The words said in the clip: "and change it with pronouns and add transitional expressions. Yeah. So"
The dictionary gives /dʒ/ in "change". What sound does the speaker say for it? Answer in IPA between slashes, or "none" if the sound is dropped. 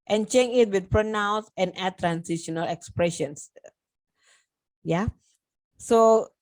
none